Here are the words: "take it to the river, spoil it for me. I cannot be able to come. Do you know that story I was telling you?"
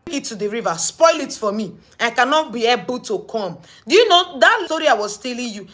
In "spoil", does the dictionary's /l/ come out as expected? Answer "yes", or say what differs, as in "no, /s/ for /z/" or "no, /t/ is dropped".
yes